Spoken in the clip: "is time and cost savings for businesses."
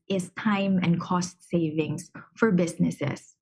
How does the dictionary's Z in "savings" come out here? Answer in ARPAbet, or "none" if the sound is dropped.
S